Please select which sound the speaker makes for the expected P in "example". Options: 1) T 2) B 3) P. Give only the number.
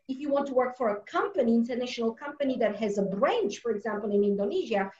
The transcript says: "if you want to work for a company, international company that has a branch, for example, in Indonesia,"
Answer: 3